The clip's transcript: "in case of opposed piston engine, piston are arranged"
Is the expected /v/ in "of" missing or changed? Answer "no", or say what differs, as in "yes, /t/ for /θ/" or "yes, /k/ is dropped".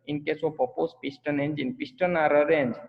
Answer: yes, /p/ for /v/